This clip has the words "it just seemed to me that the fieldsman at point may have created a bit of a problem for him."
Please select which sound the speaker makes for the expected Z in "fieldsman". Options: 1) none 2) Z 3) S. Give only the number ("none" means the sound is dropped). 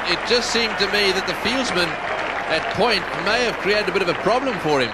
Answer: 2